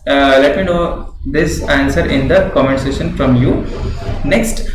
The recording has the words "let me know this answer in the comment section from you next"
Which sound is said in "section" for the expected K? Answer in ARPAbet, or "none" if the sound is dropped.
none